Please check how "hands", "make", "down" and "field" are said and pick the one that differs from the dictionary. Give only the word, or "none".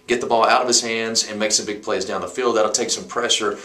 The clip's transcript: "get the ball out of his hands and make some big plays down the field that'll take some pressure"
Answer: none